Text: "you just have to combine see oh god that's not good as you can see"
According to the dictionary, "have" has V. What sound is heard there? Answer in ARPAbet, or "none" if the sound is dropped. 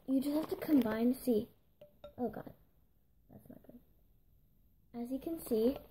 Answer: F